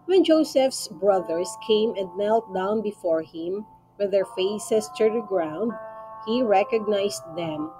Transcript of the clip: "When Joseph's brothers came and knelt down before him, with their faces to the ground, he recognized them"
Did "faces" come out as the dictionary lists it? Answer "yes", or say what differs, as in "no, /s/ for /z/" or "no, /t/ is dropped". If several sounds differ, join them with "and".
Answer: no, /s/ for /z/